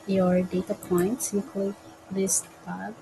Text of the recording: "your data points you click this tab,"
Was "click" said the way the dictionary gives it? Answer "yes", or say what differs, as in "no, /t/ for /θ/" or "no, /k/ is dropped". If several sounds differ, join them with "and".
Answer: no, /l/ is dropped